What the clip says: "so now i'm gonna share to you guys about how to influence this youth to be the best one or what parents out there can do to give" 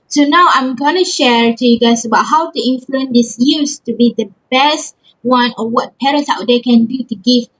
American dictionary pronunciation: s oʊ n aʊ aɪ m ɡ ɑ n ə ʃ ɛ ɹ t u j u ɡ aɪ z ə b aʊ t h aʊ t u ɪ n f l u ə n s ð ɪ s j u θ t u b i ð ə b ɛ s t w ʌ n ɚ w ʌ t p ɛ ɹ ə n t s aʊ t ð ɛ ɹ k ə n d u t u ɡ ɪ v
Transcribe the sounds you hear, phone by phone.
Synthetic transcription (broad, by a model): s oʊ n aʊ aɪ m ɡ ɑ n ə ʃ ɛ ɹ t u j u ɡ aɪ s ə b aʊ t h aʊ t u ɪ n f l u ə n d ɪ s j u s t u b i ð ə b ɛ s t w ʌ n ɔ w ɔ t p ɛ ɹ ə n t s aʊ t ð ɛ k ə n d u t u ɡ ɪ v